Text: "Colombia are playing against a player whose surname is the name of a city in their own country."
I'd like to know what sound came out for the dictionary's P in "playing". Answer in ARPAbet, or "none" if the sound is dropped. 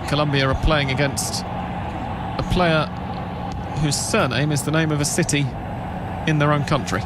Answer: P